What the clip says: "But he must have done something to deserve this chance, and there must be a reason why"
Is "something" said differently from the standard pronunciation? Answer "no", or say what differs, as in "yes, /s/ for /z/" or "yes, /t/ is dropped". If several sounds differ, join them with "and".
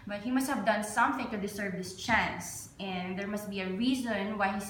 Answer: no